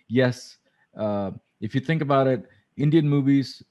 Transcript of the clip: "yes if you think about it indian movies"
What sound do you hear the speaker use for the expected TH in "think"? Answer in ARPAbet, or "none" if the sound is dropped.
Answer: TH